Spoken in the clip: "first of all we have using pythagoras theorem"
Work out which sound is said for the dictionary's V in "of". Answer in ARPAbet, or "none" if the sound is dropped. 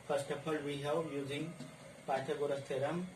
P